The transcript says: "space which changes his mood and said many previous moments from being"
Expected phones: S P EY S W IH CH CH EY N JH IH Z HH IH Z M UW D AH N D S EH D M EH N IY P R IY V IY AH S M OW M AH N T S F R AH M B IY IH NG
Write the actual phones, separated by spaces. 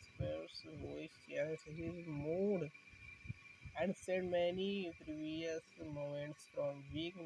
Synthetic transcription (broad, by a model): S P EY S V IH S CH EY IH S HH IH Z M UW D AH N D S EH D M EH N IY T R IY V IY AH S M OW M AH N T S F R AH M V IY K